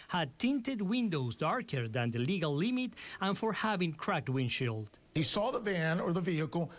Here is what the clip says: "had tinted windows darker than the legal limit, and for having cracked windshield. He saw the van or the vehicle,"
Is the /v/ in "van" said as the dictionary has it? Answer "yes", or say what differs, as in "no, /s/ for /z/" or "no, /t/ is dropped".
yes